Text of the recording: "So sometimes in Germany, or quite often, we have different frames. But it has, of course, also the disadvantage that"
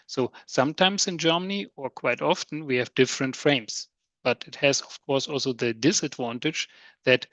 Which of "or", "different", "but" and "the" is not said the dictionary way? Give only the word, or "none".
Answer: none